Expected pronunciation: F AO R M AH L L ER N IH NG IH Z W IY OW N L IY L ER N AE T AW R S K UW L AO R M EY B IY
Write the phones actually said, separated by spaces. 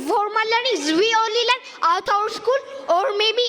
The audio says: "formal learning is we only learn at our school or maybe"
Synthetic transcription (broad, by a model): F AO R M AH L L ER N IH NG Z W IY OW L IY L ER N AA T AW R S K UW L AO R M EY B IY